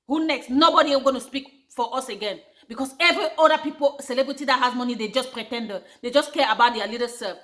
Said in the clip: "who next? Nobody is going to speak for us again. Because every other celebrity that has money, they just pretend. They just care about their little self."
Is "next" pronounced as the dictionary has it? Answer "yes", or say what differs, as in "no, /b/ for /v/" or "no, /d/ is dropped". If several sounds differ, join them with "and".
yes